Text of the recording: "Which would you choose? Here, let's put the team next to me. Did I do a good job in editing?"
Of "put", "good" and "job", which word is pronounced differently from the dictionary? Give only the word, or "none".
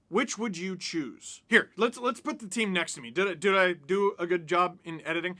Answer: none